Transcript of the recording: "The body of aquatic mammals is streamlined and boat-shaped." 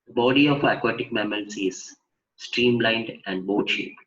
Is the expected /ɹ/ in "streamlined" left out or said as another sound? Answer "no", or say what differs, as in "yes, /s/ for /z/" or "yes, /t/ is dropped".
no